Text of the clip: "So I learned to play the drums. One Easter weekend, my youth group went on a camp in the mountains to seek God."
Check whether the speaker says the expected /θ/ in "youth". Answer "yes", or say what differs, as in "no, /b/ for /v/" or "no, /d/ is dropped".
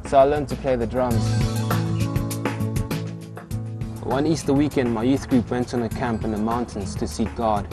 yes